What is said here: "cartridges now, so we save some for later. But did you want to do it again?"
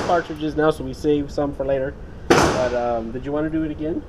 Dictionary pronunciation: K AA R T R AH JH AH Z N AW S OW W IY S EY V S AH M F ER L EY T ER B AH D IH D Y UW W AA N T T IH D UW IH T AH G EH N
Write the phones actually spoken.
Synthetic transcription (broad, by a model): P AA R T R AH JH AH Z N AW S OW W IY S EY V S AH M F ER L EY T ER B AH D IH D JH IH W AA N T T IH D IH T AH G EH N